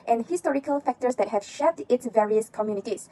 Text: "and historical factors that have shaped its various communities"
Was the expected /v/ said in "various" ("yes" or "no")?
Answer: yes